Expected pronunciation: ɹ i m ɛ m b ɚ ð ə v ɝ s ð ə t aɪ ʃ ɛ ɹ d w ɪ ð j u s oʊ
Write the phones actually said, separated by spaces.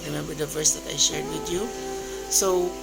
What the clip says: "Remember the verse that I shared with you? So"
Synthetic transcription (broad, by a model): ɹ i m ɛ m b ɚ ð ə v ɝ s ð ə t aɪ ʃ ɛ ɹ d w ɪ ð j u s oʊ